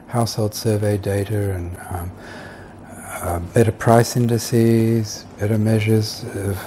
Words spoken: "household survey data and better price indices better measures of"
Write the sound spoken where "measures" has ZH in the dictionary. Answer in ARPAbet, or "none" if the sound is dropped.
ZH